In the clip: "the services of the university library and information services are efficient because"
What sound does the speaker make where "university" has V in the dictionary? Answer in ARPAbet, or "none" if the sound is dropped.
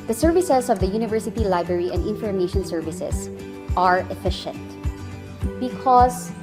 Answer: V